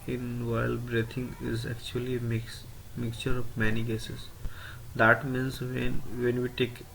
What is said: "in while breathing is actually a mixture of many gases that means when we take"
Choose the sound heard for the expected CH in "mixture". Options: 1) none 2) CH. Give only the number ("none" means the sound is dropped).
2